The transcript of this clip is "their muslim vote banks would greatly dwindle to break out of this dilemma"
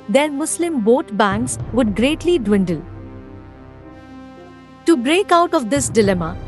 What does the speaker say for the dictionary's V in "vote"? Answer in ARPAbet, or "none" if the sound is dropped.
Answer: B